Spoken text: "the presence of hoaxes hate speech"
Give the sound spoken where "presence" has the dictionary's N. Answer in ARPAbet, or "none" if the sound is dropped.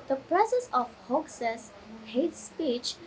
none